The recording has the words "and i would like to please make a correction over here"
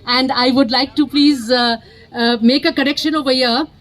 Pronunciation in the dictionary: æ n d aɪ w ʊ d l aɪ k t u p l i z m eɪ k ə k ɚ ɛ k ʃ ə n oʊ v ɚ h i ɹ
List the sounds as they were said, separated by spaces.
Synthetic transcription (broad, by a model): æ n d aɪ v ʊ d l aɪ k t u p l i z m eɪ k ə k ɚ ɛ k ʃ ə n oʊ v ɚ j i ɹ